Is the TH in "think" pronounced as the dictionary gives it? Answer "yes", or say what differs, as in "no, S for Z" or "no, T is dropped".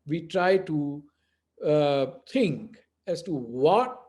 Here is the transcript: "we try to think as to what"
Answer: no, T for TH